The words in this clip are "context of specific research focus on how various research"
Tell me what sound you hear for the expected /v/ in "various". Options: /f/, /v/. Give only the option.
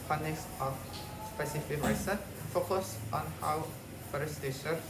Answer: /f/